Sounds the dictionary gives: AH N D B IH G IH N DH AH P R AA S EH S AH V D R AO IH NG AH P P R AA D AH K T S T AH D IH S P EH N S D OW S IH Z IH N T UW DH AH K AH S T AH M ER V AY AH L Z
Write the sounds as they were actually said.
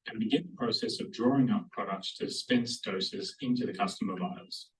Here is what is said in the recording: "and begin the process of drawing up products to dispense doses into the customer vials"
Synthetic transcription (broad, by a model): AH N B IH G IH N DH AH P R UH S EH S AH V D R AO IH NG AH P P R AA D AH K T S T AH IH S P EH N S D OW S IH Z IH N T UW DH AH K AH S T AH M ER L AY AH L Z